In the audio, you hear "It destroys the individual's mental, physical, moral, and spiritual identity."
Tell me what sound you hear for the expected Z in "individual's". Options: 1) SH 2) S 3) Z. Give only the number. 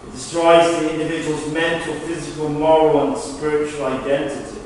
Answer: 3